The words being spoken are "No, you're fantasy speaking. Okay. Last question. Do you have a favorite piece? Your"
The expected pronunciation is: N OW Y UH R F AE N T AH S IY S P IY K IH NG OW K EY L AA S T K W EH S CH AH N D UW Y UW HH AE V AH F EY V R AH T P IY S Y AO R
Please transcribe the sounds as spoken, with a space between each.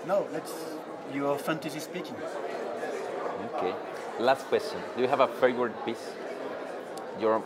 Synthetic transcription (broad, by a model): N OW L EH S F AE N T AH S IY S P IY K IH NG OW K EY L AA S T K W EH S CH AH N D UW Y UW HH AE V AH F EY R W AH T P IY S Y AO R